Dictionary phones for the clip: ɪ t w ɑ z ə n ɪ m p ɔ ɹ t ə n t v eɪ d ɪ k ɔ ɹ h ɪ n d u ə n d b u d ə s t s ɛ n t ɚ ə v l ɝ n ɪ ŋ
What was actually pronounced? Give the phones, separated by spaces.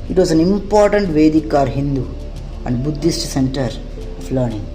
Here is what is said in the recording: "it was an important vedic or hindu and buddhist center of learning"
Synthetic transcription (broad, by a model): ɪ t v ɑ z ə n ɪ m p ɔ ɹ t ə n t v eɪ d ɪ k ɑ ɹ h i n d u ə n d b u d ə s t s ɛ n t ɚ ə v l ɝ n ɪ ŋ